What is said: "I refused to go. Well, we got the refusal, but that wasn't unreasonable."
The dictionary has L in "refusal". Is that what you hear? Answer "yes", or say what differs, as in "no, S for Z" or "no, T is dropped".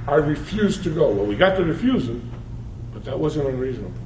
no, N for L